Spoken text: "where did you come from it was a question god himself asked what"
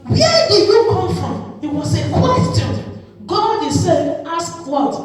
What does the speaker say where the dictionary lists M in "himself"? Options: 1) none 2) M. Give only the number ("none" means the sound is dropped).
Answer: 1